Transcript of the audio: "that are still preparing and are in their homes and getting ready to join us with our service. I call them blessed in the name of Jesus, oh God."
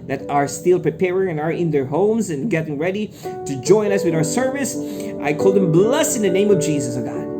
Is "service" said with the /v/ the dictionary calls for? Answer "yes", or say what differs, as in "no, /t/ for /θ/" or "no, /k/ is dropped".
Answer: yes